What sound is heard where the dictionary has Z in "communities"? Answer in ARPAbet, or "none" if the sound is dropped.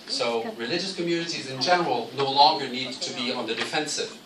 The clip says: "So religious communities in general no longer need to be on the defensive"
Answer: Z